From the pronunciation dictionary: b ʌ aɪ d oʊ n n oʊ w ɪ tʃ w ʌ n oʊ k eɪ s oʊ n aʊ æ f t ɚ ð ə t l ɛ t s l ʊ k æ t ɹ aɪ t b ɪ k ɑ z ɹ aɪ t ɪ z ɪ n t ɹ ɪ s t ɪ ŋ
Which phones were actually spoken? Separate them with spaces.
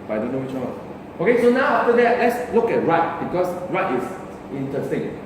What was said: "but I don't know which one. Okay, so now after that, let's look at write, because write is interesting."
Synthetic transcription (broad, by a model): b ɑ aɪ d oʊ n n oʊ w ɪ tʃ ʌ oʊ k eɪ s oʊ n aʊ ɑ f t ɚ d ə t l ɛ t s l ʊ k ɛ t ɹ aɪ t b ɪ k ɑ s ɹ aɪ t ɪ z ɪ n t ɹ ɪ s t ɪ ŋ